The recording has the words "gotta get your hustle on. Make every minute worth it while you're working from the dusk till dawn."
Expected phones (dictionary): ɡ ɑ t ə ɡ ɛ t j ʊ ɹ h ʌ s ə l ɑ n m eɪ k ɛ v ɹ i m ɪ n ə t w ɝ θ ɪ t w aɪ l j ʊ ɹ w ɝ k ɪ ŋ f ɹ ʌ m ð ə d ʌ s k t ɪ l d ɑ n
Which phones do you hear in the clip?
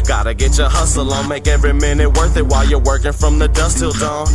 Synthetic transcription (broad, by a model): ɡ ɑ t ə ɡ ɛ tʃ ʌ ɹ h ʌ s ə l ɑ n m eɪ k ɛ v ɹ i m ɪ n ə t w ɝ θ ɪ t w aɪ l j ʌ ɹ w ɝ k ɪ ŋ f ɹ ʌ m ð ə d ʌ s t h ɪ l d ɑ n